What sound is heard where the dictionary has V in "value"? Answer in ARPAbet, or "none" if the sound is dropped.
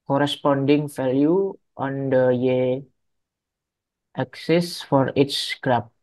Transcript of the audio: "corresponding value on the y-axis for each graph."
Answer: F